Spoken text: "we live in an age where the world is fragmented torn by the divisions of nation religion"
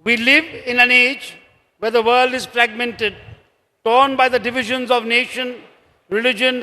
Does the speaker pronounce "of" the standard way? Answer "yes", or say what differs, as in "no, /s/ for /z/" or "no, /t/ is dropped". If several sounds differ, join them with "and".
yes